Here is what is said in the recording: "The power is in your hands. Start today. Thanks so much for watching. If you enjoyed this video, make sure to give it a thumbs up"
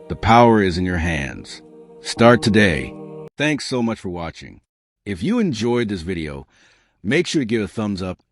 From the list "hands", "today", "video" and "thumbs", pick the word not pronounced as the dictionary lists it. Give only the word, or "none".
none